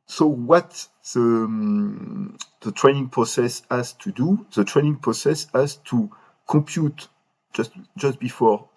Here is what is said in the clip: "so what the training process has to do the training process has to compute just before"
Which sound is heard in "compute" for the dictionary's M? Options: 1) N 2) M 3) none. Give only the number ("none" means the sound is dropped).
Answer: 3